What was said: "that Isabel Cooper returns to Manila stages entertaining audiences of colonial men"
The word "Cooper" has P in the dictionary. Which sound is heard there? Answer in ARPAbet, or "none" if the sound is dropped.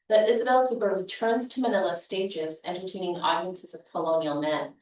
B